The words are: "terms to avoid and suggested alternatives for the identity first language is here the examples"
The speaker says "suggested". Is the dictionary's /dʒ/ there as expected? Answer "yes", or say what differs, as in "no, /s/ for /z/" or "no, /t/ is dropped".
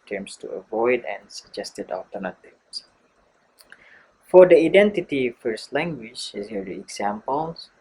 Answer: yes